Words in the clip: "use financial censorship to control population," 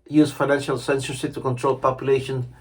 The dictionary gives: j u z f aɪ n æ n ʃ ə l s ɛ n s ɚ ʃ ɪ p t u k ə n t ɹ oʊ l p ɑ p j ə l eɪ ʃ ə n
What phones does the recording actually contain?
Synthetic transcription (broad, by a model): j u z f aɪ n æ n ʃ ə l s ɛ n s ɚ s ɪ t u k ə n t ɹ oʊ l p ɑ p j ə l eɪ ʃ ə n